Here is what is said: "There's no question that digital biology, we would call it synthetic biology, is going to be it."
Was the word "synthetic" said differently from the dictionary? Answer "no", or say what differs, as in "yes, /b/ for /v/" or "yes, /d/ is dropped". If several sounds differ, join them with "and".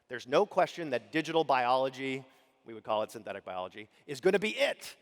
no